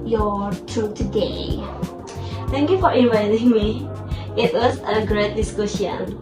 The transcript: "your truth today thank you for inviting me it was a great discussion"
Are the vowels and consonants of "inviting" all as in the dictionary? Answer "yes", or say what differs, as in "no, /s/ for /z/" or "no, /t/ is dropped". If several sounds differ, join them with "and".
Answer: yes